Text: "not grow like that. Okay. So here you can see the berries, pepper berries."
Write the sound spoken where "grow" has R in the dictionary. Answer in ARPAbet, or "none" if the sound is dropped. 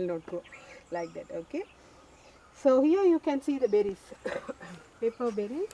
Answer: none